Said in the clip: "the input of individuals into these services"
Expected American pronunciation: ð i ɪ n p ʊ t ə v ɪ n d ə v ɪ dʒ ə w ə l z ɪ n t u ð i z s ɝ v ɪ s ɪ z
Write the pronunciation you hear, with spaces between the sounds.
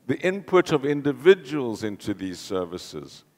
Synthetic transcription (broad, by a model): ð i ɪ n p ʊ t ə v ɪ n d ə v ɪ dʒ ə w ə l z ɪ n t u ð i z s ɝ v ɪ s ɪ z